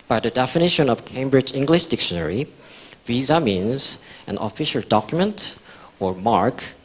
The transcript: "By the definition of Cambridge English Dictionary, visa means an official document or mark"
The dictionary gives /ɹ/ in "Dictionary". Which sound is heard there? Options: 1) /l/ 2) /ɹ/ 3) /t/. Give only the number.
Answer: 2